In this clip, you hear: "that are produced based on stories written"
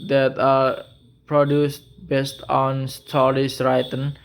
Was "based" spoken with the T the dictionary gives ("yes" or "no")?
yes